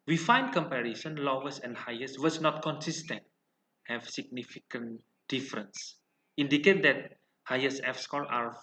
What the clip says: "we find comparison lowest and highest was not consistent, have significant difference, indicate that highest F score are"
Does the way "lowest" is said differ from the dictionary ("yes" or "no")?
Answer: yes